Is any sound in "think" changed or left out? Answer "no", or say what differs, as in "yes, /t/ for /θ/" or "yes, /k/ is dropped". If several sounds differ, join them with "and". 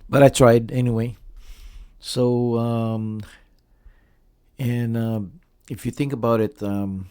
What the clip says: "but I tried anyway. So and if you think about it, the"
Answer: no